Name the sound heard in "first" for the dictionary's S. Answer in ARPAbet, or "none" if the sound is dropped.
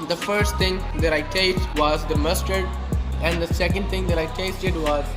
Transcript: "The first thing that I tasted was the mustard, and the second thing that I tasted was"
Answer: S